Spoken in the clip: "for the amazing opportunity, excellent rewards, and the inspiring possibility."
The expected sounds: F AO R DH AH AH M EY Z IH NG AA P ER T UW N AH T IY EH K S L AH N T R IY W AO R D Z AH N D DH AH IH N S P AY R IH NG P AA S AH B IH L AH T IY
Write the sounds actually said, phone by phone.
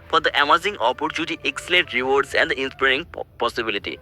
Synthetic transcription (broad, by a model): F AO R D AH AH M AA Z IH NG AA P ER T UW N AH T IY K S L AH T R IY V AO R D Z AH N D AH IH N S P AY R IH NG P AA S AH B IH L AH T IY